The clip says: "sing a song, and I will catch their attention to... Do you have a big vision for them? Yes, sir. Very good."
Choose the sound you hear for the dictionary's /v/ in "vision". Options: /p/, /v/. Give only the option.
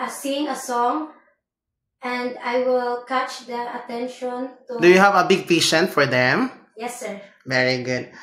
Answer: /p/